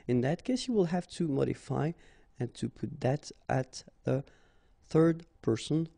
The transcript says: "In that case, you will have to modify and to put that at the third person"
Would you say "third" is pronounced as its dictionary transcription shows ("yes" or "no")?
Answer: yes